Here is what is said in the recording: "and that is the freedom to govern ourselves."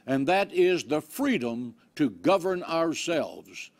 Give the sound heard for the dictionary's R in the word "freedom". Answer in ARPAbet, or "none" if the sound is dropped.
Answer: R